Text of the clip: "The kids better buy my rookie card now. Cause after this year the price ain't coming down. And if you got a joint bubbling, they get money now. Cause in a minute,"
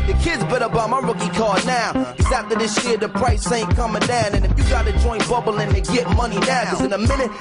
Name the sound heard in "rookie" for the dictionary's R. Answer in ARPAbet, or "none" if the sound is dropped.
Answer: R